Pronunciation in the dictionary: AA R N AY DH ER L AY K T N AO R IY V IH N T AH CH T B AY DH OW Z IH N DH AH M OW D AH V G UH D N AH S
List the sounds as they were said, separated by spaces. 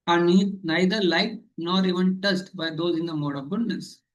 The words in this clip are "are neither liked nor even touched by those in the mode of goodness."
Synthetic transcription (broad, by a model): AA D N AY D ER L AY T N AO R IY V IH N T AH S T B AY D OW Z IH N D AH M OW D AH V G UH D N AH S